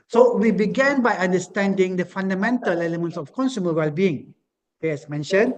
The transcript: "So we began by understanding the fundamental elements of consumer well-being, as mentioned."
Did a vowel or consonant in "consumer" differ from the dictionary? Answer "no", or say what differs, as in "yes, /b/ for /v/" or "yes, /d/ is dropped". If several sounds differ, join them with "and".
no